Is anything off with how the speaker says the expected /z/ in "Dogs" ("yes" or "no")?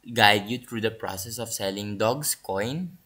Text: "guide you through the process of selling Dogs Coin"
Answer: yes